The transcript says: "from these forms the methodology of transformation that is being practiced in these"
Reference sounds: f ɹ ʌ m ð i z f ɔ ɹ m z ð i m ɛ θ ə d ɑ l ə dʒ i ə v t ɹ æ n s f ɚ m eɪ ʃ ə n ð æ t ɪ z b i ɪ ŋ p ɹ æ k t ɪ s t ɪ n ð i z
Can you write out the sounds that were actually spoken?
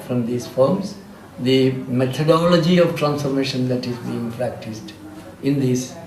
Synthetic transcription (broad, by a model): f ɹ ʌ m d i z f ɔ ɹ m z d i m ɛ t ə d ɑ l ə dʒ i ə v t ɹ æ n s f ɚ m eɪ ʃ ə n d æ t ɪ z b i ɪ ŋ p ɹ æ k t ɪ s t ɪ n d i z